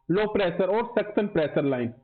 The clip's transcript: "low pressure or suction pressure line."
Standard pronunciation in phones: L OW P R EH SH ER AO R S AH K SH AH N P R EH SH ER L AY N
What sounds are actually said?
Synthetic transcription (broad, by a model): L OW P R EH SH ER AO R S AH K S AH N P R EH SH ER L AY N